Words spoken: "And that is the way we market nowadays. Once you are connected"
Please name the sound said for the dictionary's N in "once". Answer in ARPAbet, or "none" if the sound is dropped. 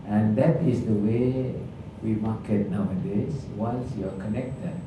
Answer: L